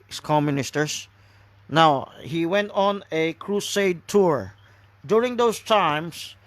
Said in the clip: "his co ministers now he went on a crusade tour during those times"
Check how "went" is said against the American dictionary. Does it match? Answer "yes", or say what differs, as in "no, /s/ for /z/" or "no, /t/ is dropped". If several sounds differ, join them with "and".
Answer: yes